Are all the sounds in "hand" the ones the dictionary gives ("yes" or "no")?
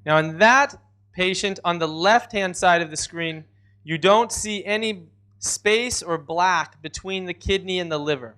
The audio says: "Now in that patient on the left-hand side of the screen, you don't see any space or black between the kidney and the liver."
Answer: yes